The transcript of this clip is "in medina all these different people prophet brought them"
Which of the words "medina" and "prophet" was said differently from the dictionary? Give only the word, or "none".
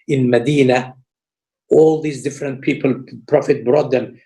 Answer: none